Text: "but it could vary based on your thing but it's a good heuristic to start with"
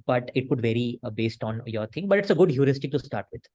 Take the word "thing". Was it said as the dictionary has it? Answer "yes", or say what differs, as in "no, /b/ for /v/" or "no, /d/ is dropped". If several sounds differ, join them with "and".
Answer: no, /t/ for /θ/